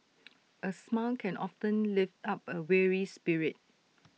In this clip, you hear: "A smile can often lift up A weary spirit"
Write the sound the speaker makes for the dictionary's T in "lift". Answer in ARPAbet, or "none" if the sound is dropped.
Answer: T